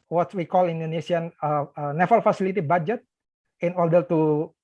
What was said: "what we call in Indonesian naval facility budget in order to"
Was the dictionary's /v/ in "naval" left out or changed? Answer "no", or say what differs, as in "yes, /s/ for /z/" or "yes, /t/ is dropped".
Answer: yes, /f/ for /v/